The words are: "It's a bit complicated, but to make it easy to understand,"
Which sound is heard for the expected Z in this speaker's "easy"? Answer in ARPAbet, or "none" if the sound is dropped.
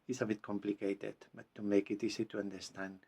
S